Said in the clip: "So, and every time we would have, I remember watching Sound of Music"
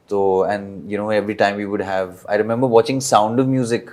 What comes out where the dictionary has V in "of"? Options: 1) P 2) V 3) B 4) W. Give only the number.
2